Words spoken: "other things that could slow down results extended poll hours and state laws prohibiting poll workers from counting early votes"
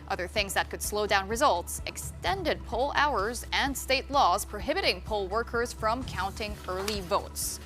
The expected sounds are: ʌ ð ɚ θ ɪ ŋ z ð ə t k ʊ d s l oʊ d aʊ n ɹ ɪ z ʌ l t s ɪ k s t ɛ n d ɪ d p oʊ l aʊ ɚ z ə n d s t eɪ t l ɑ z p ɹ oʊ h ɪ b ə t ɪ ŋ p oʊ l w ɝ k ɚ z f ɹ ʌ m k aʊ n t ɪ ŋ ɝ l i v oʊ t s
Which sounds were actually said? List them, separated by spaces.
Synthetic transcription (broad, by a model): ʌ ð ɚ θ ɪ ŋ z ð ə t k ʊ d s l oʊ d aʊ n ɹ ɪ z ʌ l t s ɪ k s t ɛ n d ɪ d p oʊ l aʊ ɚ z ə n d s t eɪ t l ɑ z p ɹ oʊ h ɪ b ə t ɪ ŋ p oʊ l w ɝ k ɚ z f ɹ ʌ m k aʊ n t ɪ ŋ ɝ l i v oʊ t s